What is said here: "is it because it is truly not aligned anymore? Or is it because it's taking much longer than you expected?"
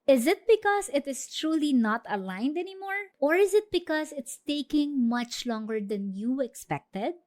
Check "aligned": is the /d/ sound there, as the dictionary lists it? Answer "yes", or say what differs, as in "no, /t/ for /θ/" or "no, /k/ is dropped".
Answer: yes